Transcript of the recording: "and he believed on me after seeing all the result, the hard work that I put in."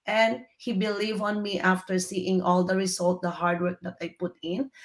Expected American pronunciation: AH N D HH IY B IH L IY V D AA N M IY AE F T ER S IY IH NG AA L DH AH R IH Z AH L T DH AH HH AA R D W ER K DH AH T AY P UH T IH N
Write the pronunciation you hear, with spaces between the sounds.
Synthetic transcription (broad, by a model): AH N D HH IY B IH L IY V AA N M IY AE F T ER S IY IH NG AA L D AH R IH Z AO L T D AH HH AA R D W ER K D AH T AY P UH T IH N